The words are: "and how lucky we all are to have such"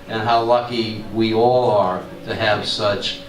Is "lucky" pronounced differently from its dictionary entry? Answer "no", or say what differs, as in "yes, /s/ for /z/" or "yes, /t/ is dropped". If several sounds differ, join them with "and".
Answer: no